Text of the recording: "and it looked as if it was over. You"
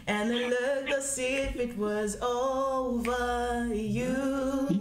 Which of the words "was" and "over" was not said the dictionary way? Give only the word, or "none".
none